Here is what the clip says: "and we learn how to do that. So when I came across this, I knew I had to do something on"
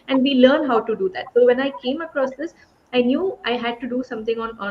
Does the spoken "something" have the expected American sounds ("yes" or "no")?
no